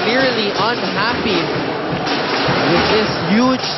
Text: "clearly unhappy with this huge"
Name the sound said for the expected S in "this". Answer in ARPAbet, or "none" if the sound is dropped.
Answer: S